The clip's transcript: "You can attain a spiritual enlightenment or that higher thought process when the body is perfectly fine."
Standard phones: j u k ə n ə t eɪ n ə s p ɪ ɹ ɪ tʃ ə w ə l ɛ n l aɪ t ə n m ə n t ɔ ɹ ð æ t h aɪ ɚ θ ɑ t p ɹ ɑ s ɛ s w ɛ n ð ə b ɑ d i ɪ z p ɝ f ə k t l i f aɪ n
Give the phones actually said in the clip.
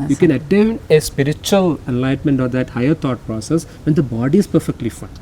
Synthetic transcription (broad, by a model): j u k ə n ə t eɪ n ə s p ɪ ɹ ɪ tʃ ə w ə l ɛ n l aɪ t m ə n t ɔ ɹ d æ t h aɪ ɚ t ɑ t p ɹ ɑ s ɛ s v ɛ n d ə b ɑ d i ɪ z p ɝ f ə k t l i f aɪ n